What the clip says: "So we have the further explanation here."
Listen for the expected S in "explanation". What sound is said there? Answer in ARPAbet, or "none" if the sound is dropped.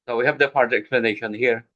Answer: none